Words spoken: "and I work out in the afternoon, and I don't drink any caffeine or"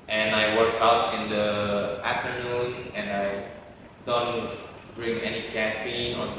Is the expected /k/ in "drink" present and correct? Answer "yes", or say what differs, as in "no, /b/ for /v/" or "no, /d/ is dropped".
no, /k/ is dropped